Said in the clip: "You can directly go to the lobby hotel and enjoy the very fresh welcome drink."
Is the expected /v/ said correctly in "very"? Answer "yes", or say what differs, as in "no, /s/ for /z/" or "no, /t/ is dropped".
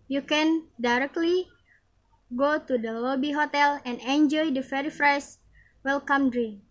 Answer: no, /f/ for /v/